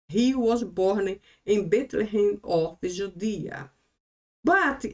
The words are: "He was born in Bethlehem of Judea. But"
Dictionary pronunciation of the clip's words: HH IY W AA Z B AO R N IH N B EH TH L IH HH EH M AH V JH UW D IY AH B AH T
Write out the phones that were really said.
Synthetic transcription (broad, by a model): HH IY W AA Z B AO R N IH N B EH T L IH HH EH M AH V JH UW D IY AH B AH T